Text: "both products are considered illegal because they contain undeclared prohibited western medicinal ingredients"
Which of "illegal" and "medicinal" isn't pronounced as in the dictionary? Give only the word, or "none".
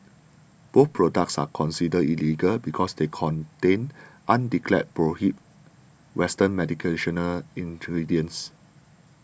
medicinal